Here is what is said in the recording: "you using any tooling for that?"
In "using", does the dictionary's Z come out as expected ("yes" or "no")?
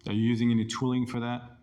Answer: yes